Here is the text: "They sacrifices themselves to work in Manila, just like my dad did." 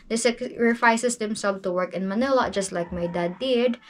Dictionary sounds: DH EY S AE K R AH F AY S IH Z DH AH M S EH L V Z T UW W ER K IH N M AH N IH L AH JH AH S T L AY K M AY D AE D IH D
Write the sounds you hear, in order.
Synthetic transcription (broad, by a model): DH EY S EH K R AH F AY S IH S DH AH M S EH L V T UW W ER K IH N M AH N IH L AH JH AH S T L AY K M AY D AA D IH D